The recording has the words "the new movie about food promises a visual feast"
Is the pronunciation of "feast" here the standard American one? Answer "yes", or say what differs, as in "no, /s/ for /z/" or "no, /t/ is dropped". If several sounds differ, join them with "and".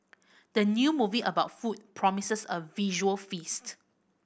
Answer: yes